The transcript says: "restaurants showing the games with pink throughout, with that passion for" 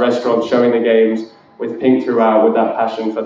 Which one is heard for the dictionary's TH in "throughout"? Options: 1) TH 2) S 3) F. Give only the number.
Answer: 1